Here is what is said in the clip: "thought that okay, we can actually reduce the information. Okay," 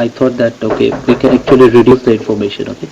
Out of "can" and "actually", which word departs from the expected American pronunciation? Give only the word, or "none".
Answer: none